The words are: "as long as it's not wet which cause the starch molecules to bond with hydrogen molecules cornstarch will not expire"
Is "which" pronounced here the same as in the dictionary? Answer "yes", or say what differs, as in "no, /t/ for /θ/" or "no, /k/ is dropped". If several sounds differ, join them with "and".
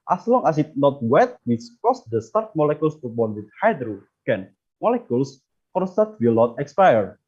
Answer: no, /s/ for /tʃ/